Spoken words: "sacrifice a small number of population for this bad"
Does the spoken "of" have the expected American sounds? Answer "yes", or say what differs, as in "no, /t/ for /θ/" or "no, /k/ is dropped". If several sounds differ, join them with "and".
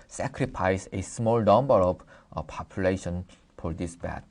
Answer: no, /b/ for /v/